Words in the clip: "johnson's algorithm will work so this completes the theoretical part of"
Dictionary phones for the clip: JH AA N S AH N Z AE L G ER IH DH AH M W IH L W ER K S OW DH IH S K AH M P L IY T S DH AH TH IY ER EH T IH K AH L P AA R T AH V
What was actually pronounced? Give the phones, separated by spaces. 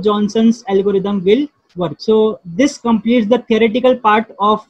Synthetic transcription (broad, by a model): JH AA N S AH N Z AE L G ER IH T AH M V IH L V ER K S OW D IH S K AH M P L IY T S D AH T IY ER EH T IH K AH L P AA R T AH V